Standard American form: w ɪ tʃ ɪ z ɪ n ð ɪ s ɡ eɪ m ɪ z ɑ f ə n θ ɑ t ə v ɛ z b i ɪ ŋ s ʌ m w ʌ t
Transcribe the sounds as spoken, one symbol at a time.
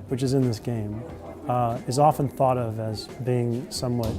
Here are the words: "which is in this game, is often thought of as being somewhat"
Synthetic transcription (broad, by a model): w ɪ tʃ ɪ z ɪ n ð ɪ s ɡ eɪ m ɪ z ɑ f ə n θ ɑ t ə v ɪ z b i ɪ ŋ s ʌ m w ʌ t